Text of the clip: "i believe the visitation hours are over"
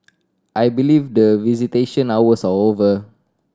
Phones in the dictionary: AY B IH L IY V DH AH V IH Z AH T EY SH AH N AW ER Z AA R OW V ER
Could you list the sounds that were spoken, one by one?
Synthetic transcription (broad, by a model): AY B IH L IY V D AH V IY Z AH T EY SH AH N AW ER S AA L OW V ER